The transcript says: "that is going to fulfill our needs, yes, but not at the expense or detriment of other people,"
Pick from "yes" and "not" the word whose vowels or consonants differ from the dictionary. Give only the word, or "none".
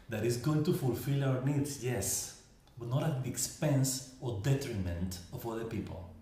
none